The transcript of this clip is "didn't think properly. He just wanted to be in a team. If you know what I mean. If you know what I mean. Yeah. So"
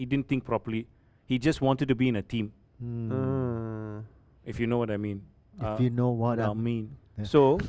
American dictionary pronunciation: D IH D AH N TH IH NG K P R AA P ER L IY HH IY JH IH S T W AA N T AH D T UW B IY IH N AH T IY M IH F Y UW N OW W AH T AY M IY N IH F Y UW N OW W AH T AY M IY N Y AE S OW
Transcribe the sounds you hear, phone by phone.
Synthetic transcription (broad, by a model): D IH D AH N T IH NG K P R AA P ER L IY HH IY JH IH S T W AA N T AH D T UW B IY IH N AH T IY M IH F Y UW N OW W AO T AY M IY N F Y UW N OW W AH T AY M IY N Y S OW